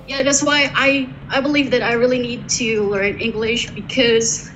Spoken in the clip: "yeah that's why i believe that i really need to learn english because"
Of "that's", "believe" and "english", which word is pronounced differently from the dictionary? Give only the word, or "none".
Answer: none